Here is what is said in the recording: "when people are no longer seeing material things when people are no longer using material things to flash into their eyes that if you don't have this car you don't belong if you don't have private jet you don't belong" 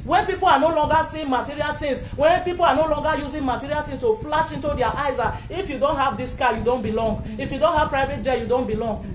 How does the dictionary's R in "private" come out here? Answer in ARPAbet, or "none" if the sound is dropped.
R